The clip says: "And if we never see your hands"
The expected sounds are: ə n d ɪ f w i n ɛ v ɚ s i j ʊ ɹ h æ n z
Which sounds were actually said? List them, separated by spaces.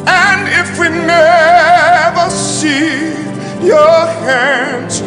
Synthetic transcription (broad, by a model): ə n d ɪ f w i n ɛ v ɚ s i j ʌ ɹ h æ n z